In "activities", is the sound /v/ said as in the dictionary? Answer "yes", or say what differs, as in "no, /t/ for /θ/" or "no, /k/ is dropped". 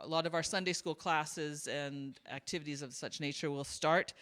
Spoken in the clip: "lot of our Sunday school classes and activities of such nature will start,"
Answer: yes